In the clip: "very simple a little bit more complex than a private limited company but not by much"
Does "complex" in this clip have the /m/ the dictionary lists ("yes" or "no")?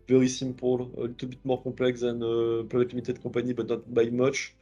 no